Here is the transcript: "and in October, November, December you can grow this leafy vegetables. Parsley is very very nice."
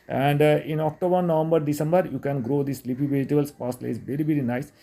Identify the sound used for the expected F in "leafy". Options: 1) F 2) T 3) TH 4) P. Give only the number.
4